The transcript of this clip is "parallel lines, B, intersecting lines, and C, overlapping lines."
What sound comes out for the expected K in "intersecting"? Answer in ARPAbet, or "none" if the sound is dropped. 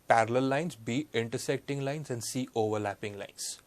K